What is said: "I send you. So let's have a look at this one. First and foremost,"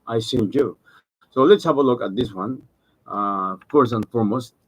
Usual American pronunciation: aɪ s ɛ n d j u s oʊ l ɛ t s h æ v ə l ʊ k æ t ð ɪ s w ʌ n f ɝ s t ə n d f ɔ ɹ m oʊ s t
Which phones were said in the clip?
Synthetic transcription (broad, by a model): aɪ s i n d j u s oʊ l ɛ t s h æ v ə l ʊ k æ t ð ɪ s w ʌ n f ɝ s ə n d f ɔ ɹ m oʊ s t